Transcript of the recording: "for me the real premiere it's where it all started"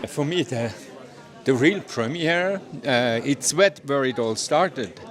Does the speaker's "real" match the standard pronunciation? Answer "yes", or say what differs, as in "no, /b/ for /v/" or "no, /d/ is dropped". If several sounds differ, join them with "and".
yes